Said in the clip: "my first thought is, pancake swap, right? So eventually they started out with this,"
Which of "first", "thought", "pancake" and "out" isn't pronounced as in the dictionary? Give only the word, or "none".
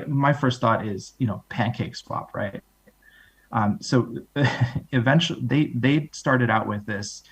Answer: none